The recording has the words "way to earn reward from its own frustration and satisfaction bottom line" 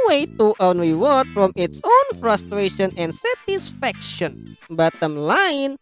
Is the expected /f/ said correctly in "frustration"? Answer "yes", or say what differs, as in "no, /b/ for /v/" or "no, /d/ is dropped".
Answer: yes